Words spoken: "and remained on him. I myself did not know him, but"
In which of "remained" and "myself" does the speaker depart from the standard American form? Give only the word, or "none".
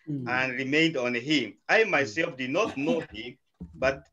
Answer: none